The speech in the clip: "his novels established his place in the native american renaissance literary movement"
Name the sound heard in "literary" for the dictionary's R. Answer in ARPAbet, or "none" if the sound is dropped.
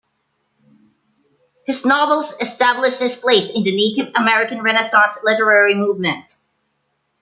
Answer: R